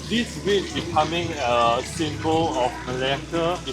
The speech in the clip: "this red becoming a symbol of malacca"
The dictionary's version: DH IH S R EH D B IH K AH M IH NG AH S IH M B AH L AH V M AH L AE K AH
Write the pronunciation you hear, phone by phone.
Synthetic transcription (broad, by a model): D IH S W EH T B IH K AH M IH NG AH S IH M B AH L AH F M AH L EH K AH